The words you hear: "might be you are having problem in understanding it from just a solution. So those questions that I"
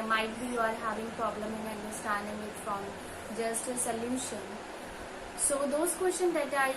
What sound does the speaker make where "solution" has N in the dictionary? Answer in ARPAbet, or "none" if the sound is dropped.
L